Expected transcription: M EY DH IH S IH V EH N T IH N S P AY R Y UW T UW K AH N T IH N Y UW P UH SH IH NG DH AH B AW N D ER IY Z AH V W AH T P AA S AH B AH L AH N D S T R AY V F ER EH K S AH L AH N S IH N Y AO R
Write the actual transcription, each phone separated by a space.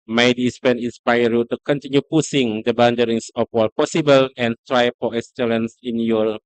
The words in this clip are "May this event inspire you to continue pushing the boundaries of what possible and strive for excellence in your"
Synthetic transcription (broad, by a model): M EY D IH S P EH N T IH N S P AY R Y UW T UW K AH N T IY N Y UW P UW S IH NG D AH B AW N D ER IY S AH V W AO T P AA S AH B AH L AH N T R AY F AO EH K S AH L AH N S IH N Y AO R